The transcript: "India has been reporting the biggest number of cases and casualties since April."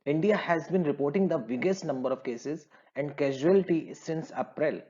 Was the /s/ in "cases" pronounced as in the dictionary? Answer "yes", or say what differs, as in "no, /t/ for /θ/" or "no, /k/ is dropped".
yes